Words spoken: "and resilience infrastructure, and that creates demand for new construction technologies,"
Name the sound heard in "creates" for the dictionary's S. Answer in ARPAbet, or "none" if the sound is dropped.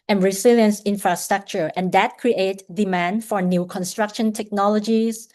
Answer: none